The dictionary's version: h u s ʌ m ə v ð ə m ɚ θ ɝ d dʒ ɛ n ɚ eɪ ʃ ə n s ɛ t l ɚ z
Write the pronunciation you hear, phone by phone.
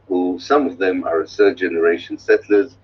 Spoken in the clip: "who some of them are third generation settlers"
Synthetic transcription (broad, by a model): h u s ʌ m ə v ð ə m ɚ s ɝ dʒ ɛ n ɚ eɪ ʃ ə n s ɛ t l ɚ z